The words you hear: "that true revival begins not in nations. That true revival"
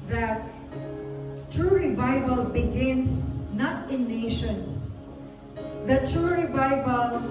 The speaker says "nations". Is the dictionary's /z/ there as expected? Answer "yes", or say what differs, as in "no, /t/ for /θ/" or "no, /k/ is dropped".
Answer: no, /s/ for /z/